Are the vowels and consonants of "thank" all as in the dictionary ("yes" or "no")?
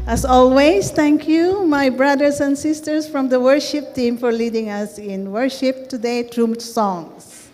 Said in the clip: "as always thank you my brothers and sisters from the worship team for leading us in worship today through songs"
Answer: no